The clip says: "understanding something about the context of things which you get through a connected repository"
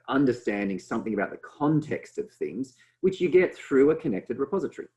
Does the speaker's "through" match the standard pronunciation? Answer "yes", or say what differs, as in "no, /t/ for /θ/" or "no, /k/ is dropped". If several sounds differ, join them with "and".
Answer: yes